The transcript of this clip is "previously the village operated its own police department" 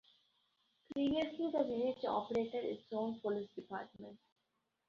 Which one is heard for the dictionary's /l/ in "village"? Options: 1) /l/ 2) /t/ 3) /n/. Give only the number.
3